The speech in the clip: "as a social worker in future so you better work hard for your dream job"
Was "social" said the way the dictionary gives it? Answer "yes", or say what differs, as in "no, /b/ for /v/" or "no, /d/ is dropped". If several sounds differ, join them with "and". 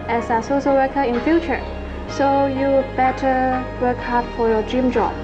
no, /s/ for /ʃ/